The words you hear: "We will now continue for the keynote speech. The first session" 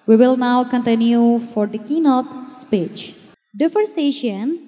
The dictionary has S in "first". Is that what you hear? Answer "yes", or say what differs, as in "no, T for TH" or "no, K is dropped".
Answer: no, S is dropped